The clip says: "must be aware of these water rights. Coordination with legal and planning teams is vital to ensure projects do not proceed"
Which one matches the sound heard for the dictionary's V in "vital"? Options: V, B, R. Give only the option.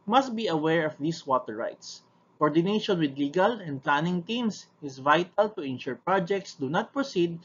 V